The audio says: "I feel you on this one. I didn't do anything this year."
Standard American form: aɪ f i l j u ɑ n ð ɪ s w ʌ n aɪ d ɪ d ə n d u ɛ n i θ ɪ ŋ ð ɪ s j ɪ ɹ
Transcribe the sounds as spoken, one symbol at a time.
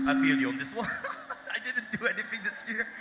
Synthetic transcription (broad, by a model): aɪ f i l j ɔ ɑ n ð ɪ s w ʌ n aɪ d ɪ d n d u ɛ n i θ ɪ ŋ ð ɪ s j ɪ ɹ